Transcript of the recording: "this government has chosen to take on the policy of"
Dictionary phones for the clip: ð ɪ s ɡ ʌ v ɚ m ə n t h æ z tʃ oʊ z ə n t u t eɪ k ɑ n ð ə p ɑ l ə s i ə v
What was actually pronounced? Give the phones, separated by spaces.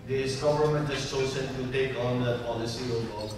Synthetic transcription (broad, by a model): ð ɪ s ɡ ʌ v ɚ m ə n t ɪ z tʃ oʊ s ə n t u t eɪ k ɑ n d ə p ɑ l ə s i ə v